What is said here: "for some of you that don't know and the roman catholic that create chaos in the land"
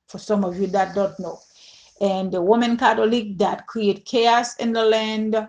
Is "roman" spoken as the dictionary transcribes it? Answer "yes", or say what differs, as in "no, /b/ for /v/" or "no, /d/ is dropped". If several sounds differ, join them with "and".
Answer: no, /w/ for /ɹ/